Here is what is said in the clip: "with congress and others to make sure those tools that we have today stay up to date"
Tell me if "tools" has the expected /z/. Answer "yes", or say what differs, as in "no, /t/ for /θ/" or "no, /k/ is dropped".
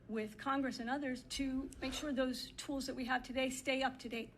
yes